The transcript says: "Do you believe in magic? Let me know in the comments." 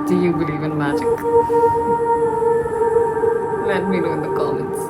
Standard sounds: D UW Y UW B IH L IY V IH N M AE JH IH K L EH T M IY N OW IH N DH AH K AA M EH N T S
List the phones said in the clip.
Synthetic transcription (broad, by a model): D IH Y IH B IH L IY V IH N M AE JH IH K L EH T M IY L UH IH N DH AH K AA M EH N T S